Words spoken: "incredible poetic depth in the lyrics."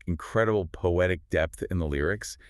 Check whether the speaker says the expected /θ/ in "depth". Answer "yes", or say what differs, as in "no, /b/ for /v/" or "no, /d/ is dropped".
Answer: yes